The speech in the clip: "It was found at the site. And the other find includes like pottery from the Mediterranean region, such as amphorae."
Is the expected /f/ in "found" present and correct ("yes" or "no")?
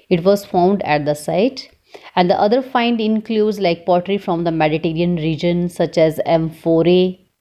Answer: yes